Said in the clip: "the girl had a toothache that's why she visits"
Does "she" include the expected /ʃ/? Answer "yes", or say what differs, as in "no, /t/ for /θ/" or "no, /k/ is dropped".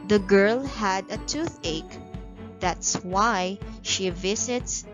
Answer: yes